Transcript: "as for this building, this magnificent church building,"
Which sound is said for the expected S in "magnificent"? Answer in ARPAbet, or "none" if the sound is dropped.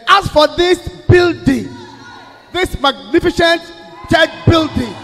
SH